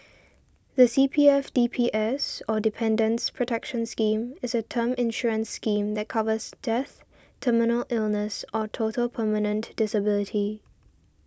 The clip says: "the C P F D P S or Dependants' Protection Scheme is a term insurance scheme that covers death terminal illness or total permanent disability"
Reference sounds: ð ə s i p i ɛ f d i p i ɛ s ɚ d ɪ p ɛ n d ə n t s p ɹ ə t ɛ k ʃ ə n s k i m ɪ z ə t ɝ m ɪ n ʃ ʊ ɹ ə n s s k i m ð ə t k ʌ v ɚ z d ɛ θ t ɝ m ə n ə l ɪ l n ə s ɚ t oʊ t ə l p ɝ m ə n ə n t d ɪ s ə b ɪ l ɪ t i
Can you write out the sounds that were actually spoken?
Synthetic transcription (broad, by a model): ð ə s i p i ɛ f d i p i ɛ s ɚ d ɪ p ɛ n d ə n s p ɹ ə t ɛ k ʃ ə n s k i m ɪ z ə t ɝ m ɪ n ʃ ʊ ɹ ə n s s k i m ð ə t k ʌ v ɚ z d ɛ θ t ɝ m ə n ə l ɪ l n ə s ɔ t oʊ t ə l p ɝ m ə n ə n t d ɪ s ə b ɪ l ɪ t i